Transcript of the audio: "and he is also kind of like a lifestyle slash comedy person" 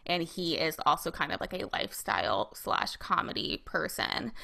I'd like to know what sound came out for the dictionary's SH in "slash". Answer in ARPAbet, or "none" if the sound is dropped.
SH